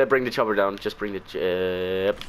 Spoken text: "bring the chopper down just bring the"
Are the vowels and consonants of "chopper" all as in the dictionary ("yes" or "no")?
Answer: no